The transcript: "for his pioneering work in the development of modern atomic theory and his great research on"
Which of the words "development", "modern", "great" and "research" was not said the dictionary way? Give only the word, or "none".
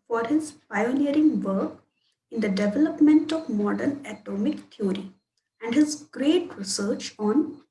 none